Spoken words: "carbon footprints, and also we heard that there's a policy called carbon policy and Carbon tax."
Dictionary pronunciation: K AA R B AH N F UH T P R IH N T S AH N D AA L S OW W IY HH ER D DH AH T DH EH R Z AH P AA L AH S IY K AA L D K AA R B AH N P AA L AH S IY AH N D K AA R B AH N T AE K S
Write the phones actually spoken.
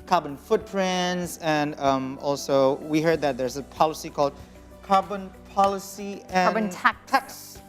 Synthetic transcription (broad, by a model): K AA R B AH N F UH T P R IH N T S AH N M AA L S OW W IY HH ER D DH AH T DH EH R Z AH P AA L AH S IY K AA L D K AA R B AH N P AA L AH S IY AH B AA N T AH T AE K S